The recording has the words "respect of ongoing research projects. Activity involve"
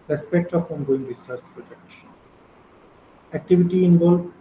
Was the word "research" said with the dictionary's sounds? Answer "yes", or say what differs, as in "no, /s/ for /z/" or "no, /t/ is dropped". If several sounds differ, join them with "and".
no, /s/ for /tʃ/